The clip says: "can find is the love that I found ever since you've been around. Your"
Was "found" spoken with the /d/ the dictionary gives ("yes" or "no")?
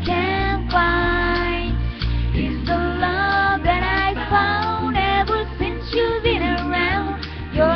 yes